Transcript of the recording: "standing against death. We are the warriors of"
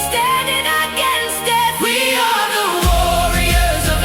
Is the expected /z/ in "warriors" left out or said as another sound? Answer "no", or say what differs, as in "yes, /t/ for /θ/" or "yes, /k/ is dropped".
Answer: no